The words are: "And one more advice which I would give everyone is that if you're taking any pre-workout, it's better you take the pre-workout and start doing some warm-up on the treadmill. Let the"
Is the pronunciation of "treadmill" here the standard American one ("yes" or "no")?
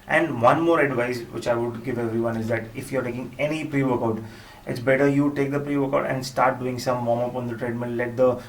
no